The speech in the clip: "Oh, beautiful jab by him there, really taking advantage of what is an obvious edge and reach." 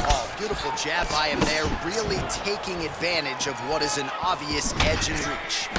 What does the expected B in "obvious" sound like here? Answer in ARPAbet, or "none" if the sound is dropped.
none